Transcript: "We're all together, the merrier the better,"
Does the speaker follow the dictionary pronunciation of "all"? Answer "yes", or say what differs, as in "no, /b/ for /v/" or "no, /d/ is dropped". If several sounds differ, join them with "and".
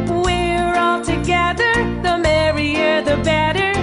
yes